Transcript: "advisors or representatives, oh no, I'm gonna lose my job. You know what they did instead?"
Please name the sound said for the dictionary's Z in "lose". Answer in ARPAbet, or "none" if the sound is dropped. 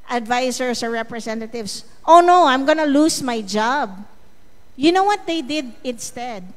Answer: S